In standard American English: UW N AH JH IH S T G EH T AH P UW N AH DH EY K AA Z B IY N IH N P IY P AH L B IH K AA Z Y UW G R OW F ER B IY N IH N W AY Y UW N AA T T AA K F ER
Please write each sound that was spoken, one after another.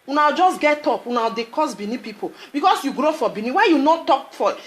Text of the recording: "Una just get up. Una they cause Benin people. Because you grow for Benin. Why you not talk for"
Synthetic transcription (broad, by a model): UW N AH JH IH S G EH T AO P UW N AH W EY K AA S B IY N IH P IY P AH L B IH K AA S Y UW G R OW F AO B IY N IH W AY Y UW N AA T T AA K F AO